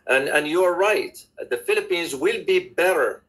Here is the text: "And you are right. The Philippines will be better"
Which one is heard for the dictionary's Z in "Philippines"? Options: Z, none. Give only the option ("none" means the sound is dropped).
Z